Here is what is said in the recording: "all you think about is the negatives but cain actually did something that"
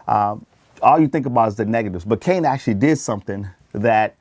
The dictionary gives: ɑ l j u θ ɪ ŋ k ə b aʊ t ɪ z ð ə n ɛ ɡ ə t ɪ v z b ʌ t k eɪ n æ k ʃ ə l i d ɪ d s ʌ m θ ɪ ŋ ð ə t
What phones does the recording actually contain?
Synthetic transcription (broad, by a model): ɑ l j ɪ θ ɪ ŋ k ə b aʊ t ɪ z ð ə n ɛ ɡ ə t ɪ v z b ʌ t k eɪ n æ k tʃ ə l i d ɪ d s ʌ m θ ɪ ŋ ð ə t